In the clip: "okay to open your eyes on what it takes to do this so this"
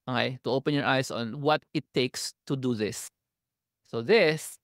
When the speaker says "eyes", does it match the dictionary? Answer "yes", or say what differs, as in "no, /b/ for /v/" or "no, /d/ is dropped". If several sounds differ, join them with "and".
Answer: no, /s/ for /z/